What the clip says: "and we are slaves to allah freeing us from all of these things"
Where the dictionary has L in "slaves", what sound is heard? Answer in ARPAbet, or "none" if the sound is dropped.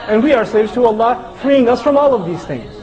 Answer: none